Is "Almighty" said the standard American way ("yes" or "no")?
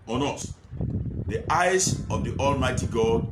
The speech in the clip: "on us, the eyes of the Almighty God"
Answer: yes